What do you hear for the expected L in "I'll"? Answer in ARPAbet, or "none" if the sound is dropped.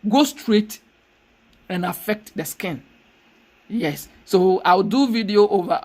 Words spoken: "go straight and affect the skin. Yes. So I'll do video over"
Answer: W